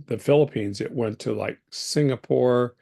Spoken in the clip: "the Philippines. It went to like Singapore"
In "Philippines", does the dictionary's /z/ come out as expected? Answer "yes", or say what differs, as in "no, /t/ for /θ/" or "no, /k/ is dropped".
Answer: yes